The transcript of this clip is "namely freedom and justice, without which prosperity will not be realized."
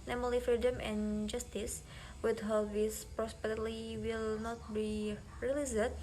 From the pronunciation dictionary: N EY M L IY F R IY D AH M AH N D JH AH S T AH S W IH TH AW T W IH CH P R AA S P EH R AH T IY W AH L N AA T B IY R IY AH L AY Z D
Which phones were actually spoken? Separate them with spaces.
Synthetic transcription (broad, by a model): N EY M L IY F R IY D AH M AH N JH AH S T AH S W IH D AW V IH S P R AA S P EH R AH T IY W AH L N AA T B IY R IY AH L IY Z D